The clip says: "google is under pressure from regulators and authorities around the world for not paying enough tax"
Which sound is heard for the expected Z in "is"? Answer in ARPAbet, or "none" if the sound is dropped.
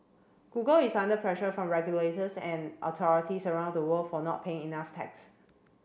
S